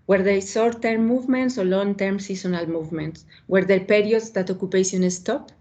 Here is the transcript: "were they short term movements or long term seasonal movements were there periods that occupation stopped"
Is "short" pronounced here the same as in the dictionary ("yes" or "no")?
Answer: no